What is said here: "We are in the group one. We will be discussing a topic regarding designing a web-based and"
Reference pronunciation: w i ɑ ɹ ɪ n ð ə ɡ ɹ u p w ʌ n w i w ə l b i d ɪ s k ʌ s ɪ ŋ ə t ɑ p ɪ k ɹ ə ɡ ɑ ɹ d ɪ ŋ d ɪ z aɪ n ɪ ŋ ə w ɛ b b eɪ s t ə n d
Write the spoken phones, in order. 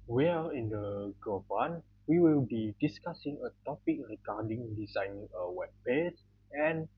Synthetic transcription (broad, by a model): w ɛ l ɪ n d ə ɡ ɔ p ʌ n w i w ə l b i d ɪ s k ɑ s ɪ ŋ ə t ɑ p ɪ k ɹ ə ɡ ɑ d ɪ ŋ d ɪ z aɪ n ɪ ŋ ə w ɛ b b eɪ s ə n